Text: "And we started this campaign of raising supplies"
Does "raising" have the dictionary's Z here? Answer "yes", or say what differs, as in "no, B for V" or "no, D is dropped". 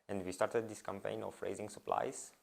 yes